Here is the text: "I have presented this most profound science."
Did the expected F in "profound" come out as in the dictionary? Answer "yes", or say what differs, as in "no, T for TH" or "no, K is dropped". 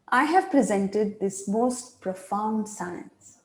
yes